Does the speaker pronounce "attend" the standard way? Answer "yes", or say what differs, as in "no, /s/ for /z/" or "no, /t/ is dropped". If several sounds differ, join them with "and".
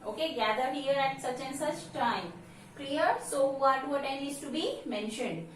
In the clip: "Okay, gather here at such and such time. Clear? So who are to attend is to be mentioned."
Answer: no, /d/ is dropped